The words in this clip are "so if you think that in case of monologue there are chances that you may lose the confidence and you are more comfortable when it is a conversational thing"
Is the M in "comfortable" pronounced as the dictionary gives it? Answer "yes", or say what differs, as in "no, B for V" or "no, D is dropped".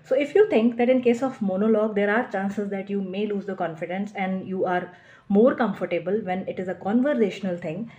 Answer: yes